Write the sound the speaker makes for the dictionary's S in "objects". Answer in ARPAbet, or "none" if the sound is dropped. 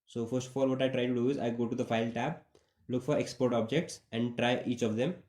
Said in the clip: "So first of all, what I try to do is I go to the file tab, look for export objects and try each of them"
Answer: S